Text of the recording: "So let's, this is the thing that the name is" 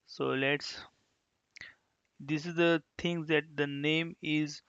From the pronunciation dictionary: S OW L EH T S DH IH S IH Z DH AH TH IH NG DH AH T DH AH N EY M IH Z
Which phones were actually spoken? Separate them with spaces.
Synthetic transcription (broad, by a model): S OW L EH T S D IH S IH Z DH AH T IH NG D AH T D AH N EY M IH Z